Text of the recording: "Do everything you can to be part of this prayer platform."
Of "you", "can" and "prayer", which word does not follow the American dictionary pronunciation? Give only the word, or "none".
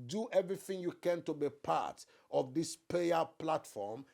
prayer